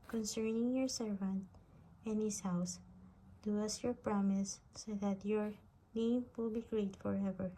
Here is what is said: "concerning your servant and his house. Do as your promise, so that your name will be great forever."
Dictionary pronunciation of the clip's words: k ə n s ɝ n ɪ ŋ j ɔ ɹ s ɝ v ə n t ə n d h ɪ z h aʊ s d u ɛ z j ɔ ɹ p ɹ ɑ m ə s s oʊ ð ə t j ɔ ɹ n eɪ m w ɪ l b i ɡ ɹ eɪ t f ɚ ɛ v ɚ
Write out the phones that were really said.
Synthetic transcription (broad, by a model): k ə n s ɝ n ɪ ŋ j ɔ ɹ s ɝ v ə n t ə n h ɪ s h aʊ s d u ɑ s j ɔ ɹ p ɹ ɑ m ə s s oʊ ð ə t j ɔ ɹ n eɪ m w ɪ l b i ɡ ɹ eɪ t f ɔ ɛ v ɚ